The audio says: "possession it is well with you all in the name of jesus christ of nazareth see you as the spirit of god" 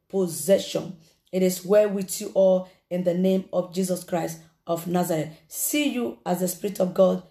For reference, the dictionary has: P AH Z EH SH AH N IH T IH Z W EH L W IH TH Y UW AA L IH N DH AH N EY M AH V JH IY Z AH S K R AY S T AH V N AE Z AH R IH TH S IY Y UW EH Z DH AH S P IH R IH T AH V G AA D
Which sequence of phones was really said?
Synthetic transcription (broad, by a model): P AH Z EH SH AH N IH T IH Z W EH W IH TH Y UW AA L IH N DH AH N EY M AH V JH IY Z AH S K R AY S T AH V N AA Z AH R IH T S IY Y UW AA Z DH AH S P IH R IH T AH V G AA D